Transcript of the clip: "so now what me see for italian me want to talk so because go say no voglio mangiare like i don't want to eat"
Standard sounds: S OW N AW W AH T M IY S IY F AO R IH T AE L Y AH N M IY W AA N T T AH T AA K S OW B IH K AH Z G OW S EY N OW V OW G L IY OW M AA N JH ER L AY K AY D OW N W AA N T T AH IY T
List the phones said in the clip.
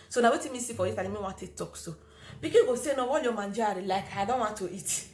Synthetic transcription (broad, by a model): S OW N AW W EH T M IY S IY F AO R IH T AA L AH M IY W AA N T T AH T AA K S OW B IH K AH G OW S EY N OW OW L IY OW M AA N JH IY L AY K AY D OW N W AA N T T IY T